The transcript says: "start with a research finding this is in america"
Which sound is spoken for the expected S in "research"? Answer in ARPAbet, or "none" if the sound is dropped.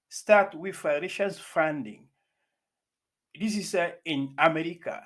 SH